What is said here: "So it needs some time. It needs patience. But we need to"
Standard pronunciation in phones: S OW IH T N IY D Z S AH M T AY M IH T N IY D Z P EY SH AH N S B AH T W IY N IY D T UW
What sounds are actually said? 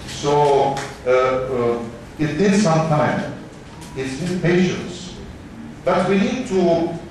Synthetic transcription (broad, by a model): S OW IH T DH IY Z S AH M T AY M IH T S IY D P EY SH AH N S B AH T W IY N IY D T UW